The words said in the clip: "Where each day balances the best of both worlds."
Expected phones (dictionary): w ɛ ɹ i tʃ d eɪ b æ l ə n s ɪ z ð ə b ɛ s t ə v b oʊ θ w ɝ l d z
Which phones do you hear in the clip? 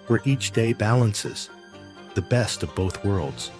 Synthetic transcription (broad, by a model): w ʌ ɹ i tʃ d eɪ b æ l ə n s ɪ z ð ə b ɛ s t ə v b oʊ θ w ɝ l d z